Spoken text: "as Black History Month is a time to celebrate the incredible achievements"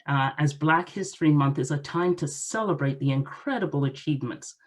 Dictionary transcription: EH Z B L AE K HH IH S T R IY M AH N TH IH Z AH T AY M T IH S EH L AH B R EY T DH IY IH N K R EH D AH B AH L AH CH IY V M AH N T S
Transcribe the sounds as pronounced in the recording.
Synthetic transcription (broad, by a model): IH Z B L AE K HH IH S T R IY M AH N TH IH Z AH T AY M T IH S EH L AH B R EY T DH IY IH N K R EH D AH B AH L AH CH IY V M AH N T S